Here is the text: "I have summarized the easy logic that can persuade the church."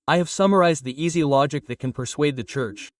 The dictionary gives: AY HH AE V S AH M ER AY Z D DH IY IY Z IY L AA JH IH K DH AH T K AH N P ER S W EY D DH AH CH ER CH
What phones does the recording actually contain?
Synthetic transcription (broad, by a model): AY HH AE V S AH M ER AY Z D DH IY IY Z IY L AA JH IH K DH AH T K AH N P ER S W EY D DH AH CH ER CH